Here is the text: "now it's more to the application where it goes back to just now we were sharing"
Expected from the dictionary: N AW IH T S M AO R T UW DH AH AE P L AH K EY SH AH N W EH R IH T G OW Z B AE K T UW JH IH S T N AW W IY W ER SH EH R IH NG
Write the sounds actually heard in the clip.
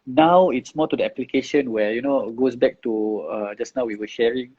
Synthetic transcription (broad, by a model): N AW IH T S M AO T UW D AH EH P L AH K EY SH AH N W EH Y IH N G OW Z B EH K T UW JH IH S N AW W IY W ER SH EH R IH NG